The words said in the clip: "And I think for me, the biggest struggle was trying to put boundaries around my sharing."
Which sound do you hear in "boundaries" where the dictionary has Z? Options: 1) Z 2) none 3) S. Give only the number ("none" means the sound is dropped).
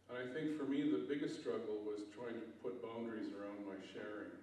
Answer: 1